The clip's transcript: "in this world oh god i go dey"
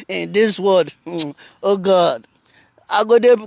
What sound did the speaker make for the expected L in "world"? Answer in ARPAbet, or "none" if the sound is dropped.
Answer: none